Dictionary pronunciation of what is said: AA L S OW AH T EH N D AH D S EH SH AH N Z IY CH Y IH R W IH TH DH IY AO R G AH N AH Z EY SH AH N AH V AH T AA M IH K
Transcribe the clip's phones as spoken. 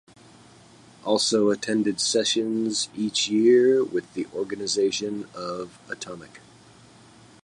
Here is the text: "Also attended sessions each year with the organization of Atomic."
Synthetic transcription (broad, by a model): AA L S OW AH T EH N D AH D S EH SH AH N Z IY CH Y IH R W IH DH IY AO R G AH N AH Z EY SH AH N AH V AH T AA M IH K